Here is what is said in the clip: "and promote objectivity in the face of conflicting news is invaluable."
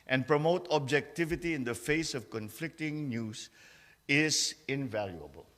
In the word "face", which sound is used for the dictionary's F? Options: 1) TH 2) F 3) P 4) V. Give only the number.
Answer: 2